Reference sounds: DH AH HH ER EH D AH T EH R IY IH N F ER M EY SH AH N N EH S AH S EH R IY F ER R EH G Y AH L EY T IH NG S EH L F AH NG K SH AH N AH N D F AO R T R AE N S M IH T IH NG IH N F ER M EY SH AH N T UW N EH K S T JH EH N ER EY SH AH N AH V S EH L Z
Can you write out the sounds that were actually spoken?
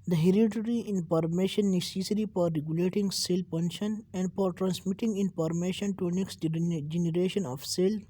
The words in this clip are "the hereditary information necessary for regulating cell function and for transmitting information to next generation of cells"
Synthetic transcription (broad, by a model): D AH HH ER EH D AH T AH R IY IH N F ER M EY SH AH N N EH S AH S R IY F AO R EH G Y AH L EY T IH NG S EH L P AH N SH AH N AH N D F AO R T R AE N S M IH T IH NG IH N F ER M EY SH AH N T UW N EH K S T JH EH N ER EY SH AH N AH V S EH L